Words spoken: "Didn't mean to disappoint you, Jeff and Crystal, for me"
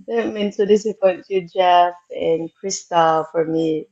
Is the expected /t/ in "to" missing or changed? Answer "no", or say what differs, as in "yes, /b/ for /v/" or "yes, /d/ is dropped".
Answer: yes, /s/ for /t/